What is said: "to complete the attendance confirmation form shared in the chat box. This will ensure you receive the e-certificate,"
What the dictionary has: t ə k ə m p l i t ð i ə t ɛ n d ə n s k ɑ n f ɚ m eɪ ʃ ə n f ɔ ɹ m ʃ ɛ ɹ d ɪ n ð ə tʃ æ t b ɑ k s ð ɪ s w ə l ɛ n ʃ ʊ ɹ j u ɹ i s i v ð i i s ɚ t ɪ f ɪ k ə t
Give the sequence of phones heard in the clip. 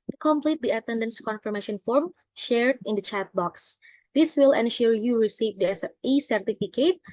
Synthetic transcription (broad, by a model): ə k ə m p l i t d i ə t ɛ n d ə n s k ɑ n f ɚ m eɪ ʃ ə n f ɔ ɹ m ʃ ɛ ɹ d ɪ n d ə tʃ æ t b ɑ k s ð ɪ s w ə l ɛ n ʃ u ɹ j u ɹ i s i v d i i s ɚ t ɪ f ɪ k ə t